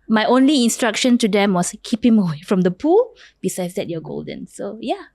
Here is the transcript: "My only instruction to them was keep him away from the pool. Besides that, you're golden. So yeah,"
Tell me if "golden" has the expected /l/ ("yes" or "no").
yes